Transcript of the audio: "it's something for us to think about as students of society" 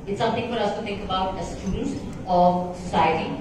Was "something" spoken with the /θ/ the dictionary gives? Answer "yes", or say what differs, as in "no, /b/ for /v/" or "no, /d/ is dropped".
no, /t/ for /θ/